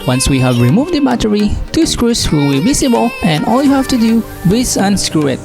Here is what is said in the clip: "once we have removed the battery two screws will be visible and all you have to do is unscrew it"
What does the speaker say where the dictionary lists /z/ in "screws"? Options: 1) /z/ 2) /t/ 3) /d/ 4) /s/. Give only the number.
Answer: 4